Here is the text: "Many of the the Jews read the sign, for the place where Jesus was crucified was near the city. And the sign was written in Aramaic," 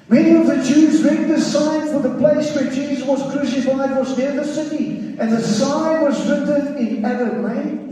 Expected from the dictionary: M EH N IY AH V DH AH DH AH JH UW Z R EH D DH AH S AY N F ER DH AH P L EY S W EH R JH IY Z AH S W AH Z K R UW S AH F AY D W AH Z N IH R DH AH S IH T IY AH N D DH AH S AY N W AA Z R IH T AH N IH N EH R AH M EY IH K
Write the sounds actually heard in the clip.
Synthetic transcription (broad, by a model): M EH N IY AH V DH DH AH JH UW Z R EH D DH AH S AY N F ER DH AH P L EY S W EH R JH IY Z W AH Z K R UW S AH F AY D W AH Z N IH R DH AH S IH T IY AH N DH AH S AY N W AA Z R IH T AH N IH N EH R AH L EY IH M